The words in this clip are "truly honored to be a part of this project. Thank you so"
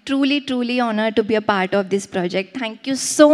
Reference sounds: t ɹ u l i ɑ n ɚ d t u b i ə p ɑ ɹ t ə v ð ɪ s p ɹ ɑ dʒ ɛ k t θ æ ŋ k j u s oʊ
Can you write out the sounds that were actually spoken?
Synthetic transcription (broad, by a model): t ɹ u l i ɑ n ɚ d t u b i ə p ɑ ɹ t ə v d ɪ s p ɹ ɑ dʒ ɛ k t t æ ŋ k j u s oʊ